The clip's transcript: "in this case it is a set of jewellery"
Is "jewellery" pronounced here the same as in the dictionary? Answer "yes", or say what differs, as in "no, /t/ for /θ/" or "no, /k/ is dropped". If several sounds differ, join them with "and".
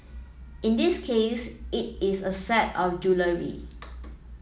yes